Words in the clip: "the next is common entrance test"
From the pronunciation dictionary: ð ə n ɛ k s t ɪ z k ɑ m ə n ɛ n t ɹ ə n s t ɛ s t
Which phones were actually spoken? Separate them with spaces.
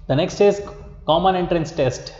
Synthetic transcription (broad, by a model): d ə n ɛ k s t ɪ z k ɑ m ə n ɛ n t ɹ ə n s t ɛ s t